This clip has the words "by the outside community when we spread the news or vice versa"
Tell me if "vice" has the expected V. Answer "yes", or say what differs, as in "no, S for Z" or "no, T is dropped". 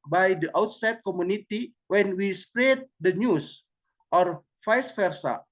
no, F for V